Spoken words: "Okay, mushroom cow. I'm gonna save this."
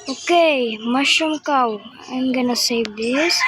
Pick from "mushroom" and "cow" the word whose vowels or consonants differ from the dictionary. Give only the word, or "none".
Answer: mushroom